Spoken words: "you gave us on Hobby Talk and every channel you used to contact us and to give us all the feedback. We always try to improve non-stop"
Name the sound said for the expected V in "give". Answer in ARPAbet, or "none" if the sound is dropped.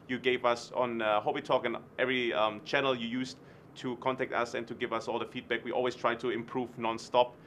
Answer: V